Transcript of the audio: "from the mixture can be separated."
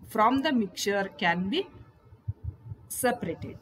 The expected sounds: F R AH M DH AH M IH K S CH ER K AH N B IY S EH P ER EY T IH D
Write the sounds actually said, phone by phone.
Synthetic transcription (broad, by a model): F R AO M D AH M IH K CH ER K AH N B IY S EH P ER EY T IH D